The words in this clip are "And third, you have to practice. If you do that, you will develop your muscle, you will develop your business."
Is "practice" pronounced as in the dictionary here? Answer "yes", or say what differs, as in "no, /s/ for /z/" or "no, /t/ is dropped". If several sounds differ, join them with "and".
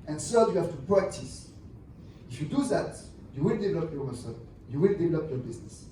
yes